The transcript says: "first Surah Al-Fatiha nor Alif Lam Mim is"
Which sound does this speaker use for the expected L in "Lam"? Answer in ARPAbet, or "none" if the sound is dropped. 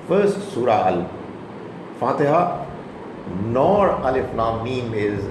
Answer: N